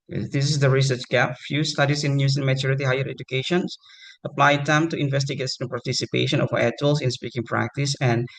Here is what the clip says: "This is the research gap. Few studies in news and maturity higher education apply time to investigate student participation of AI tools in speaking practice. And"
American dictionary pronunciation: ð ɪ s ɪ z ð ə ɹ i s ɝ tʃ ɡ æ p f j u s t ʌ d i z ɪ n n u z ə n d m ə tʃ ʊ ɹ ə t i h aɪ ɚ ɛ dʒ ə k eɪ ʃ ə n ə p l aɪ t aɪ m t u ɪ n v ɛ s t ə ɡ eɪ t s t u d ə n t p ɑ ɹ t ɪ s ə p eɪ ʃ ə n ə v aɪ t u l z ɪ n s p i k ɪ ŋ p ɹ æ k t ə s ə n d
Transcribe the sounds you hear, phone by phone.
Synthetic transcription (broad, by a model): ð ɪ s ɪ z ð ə ɹ i s ɝ tʃ ɡ æ p f j u s t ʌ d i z ɪ n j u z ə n m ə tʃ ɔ ɹ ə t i h aɪ ɚ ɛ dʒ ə k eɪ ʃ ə n ə p l aɪ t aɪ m t u ɪ n v ɛ s t ə ɡ eɪ t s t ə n p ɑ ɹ t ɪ s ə p eɪ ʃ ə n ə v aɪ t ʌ l s ɪ n s p i k ɪ ŋ p ɹ æ k t ə s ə n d